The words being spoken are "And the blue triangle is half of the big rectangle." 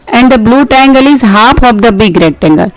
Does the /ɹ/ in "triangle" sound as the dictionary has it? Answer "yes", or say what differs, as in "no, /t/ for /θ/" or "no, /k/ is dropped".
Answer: no, /ɹ/ is dropped